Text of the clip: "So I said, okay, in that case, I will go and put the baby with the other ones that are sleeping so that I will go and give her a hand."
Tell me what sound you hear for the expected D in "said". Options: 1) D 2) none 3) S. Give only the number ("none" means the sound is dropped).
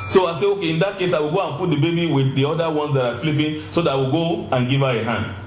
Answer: 2